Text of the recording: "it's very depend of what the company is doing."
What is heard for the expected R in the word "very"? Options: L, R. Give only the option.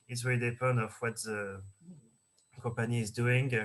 L